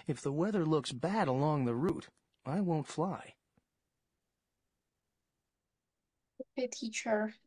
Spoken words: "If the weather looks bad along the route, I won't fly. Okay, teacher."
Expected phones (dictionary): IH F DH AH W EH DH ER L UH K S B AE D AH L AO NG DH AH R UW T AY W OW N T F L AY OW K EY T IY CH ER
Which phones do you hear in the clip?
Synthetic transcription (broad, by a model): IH F DH AH W EH DH ER L UH K S B AE D AH L AO NG DH AH R UW T AY W OW N T F L AY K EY T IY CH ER